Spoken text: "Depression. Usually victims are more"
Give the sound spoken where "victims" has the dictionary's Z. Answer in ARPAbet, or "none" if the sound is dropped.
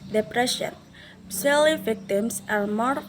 S